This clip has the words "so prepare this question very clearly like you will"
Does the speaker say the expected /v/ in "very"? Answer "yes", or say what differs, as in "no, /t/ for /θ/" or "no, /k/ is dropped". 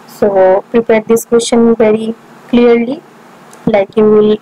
yes